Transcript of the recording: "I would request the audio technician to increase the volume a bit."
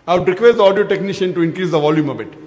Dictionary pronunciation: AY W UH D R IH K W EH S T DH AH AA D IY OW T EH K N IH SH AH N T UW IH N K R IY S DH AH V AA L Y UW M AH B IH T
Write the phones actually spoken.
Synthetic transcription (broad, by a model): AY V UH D R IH K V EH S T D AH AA D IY OW T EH K N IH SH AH N T UW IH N K R IY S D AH V AA L Y UW M AH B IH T